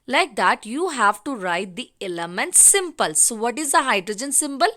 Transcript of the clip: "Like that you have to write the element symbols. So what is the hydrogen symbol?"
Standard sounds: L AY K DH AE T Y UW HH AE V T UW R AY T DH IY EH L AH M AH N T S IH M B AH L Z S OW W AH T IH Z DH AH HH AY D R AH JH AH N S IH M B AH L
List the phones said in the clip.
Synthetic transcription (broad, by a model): L AY K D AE T Y UW HH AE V T UW R AY T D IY EH L AH M AH N T S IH M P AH L S OW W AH T IH Z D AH HH AY D R AH JH AH N S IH M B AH L